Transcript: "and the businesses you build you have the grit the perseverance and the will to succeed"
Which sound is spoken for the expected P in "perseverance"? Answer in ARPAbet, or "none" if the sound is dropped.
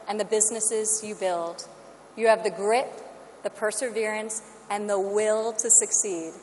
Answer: P